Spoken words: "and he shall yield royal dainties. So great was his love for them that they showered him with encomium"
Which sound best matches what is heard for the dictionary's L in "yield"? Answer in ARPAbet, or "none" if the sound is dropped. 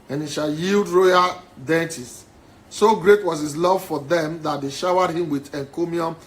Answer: L